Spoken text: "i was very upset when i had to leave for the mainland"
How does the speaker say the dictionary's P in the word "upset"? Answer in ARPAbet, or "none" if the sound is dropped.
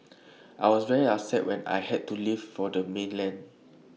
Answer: none